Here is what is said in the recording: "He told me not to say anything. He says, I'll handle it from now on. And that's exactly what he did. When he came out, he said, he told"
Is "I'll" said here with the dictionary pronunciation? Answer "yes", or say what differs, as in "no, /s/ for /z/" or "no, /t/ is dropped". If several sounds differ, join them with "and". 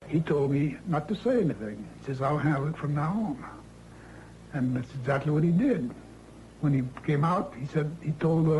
yes